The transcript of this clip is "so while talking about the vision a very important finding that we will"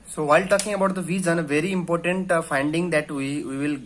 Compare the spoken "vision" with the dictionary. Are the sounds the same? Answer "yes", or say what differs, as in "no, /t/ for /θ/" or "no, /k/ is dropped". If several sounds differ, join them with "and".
no, /z/ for /ʒ/